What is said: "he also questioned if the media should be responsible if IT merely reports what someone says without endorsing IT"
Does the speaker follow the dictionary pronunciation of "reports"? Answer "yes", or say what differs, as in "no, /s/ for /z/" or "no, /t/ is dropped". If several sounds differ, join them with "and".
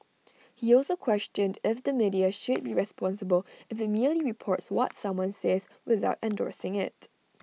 yes